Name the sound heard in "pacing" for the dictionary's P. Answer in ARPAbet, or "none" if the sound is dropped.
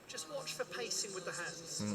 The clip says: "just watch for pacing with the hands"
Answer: P